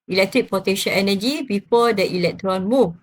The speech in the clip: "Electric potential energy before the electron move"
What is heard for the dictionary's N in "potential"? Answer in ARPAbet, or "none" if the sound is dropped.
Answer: none